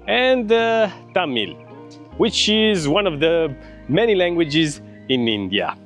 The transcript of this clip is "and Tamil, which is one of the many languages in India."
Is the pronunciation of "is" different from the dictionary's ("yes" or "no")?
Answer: no